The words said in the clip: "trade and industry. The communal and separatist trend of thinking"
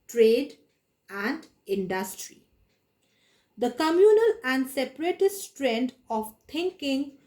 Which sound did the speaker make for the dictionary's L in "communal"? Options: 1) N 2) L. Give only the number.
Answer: 2